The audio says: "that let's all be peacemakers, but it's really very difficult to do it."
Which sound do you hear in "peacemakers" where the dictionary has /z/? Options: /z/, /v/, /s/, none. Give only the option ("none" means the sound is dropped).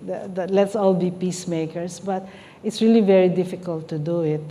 /s/